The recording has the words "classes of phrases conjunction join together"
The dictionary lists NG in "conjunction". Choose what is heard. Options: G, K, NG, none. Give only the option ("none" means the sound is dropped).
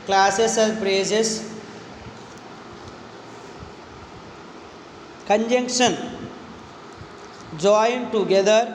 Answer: NG